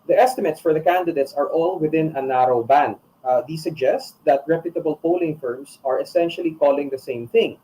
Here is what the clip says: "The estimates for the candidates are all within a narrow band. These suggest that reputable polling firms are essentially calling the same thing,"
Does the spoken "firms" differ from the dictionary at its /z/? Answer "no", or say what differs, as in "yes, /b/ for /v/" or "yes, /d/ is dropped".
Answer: yes, /s/ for /z/